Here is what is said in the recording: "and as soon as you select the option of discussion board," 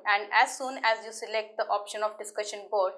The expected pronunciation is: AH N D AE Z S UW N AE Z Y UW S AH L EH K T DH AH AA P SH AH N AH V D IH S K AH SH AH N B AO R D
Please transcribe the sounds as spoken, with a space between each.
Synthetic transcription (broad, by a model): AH N D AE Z S UW N AE Z Y UW S AH L EH K T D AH AA P SH AH N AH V D IH S K AH SH AH N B AO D